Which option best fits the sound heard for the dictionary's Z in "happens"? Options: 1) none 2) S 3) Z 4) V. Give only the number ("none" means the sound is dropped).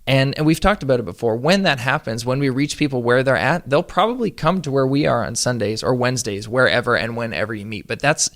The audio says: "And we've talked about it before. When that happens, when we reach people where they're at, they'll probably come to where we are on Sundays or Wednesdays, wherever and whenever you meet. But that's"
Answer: 3